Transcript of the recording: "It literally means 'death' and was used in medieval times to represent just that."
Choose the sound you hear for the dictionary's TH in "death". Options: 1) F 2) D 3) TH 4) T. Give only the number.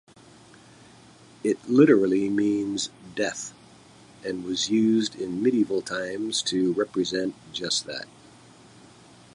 3